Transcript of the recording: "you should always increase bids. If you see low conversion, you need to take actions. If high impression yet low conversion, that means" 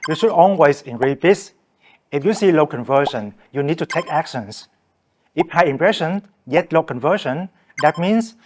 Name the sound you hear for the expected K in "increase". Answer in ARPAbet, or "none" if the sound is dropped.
none